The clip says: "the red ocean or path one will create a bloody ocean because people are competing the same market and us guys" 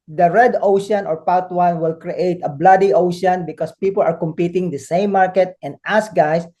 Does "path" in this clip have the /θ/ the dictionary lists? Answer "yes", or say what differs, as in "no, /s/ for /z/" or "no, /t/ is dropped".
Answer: no, /t/ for /θ/